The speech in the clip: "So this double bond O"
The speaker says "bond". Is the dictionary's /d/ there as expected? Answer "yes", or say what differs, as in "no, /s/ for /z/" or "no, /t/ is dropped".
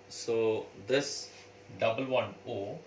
no, /d/ is dropped